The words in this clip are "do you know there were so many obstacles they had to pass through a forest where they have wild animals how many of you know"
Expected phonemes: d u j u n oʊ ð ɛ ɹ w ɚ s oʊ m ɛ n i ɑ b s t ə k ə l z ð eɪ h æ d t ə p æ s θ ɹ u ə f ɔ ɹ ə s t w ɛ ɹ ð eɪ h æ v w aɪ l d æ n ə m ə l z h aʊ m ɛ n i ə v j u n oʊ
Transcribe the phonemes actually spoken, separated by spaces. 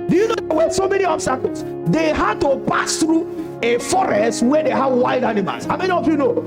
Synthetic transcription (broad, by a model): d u j u n oʊ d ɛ w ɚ s oʊ m ɛ n i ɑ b s t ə k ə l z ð eɪ h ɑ d t ə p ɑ s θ ɹ u ə f ɔ ɹ ə s t w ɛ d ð eɪ h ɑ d w aɪ d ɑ n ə m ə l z h aʊ m ɛ n i ə v j u n oʊ